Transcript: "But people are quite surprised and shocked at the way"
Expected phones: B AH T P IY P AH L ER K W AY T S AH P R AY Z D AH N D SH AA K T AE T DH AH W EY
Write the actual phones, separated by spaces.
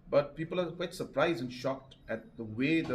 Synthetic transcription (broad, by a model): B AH T P IY P AH L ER K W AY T S AH P R AY Z D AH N SH AA K T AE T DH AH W EY